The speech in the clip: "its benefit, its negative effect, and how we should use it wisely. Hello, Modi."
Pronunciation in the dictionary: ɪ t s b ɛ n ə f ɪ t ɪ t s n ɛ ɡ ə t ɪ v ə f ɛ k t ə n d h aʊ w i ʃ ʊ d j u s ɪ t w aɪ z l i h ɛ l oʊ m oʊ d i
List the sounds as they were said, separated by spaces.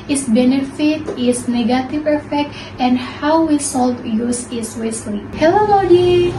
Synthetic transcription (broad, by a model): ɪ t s b ɛ n ə f ɪ t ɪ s n ɛ ɡ ə t ɪ v ə f ɛ k t ə n d h aʊ w i s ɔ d j u s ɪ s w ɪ s l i h ɛ l oʊ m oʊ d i